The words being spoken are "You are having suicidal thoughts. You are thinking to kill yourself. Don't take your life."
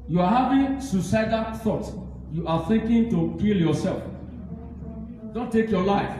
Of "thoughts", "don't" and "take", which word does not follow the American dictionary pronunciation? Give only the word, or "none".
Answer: thoughts